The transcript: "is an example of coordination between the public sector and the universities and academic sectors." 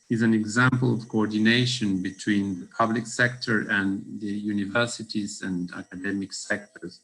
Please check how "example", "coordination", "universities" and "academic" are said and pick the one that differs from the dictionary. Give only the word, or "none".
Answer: none